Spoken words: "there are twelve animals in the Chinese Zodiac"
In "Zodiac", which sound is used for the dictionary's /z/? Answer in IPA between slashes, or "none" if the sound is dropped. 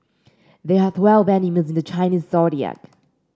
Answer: /s/